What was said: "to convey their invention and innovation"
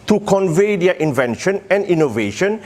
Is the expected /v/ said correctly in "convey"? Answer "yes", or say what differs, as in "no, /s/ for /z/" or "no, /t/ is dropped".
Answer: yes